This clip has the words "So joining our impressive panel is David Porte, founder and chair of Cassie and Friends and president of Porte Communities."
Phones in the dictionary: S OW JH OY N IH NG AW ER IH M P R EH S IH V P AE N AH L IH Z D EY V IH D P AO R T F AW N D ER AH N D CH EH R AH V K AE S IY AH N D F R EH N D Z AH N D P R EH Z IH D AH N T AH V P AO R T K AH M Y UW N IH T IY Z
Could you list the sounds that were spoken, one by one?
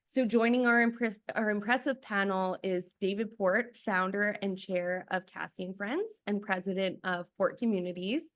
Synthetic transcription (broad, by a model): S OW JH OY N IH NG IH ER IH M P R EH S IH V P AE N L IH Z D EY V IH D P AO R T F AW N D ER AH N CH EH R AH V K AE S IY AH N F R EH N D Z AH N P R EH Z IH D AH N T AH V P AO R T K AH M Y UW N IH T IY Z